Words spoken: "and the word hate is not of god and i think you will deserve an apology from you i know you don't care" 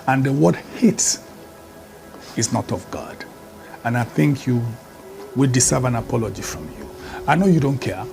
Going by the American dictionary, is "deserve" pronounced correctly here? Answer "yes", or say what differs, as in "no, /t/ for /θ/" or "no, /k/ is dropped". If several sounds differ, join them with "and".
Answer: no, /s/ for /z/